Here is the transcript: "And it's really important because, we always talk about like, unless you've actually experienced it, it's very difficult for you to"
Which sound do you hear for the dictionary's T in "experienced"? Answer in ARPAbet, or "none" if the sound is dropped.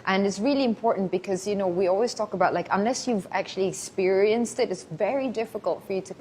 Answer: T